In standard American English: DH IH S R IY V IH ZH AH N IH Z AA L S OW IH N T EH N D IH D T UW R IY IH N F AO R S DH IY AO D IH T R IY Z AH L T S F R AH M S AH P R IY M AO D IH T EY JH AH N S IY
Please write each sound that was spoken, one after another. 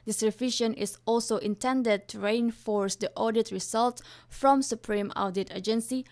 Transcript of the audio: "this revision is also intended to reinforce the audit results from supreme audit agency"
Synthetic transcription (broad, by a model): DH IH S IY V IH SH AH N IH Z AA L S OW IH N T EH N D IH D T UW R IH N F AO R S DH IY AO D IH T R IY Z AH L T F R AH M S AH P R IY M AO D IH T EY JH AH N S IY